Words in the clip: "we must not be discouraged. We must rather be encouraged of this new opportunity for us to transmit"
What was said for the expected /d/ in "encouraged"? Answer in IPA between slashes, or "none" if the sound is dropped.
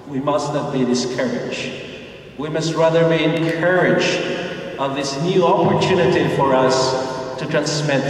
none